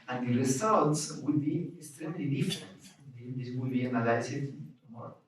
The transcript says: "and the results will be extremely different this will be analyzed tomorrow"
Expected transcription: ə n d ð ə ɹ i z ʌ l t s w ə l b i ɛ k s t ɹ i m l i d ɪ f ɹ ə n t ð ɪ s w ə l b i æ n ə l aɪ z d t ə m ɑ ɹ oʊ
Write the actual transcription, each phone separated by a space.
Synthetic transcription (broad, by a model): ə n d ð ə ɹ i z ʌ l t s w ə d b i ɛ k s t ɹ i m l i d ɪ f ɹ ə n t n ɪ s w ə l b i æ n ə l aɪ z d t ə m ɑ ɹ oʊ